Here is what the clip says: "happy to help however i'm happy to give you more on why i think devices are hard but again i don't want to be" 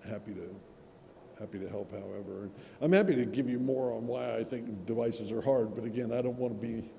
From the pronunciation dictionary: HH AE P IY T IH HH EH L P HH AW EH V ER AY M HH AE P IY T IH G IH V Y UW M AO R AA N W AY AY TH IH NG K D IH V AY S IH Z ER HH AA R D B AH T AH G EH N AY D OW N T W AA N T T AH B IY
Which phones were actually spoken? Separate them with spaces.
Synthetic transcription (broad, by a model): HH AE P IY T IH HH EH L P HH AW EH V ER AY M HH AE P IY T IH G IH V Y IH M AO R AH N W AY AY TH IH NG K D IH V AY S IH Z ER HH AA R D B AH T AH G EH N AY D OW N T W AA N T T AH B IY